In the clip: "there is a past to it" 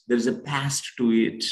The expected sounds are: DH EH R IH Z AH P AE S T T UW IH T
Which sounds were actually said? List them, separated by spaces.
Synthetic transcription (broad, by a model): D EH R IH Z AH P AE S T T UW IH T